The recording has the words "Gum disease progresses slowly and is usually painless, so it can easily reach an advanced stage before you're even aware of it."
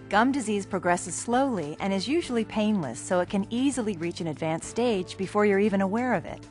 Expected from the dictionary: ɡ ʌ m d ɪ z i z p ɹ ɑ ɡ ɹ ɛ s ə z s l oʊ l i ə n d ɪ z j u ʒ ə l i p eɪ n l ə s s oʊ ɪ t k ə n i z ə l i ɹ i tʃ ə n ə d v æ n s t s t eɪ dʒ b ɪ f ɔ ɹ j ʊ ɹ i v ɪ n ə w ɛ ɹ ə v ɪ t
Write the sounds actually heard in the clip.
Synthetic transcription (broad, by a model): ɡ ʌ m d ɪ z i z p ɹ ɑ ɡ ɹ ɛ s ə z s l oʊ l i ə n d ɪ z j u ʒ l i p eɪ n l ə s s oʊ ɪ t k ə n i z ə l i ɹ i tʃ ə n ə d v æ n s s t eɪ dʒ b ɪ f ɔ ɹ j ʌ ɹ i v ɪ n ə w ɛ ɹ ə v ɪ t